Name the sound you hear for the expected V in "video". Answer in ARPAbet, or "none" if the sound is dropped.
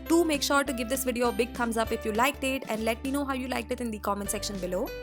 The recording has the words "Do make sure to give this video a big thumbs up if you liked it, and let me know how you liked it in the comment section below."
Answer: V